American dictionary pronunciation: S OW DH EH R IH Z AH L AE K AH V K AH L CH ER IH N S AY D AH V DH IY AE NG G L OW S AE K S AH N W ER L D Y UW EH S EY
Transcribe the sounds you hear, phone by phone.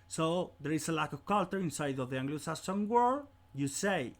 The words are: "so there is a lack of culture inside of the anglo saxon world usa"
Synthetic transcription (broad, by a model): S OW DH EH R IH S AH L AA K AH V K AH L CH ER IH N S AY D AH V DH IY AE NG G L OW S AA S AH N W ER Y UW S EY